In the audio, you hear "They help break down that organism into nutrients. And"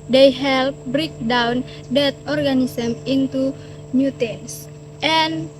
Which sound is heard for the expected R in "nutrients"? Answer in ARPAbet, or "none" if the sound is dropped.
none